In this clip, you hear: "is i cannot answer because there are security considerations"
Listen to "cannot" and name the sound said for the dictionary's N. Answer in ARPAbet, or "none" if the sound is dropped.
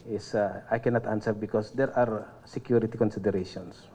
N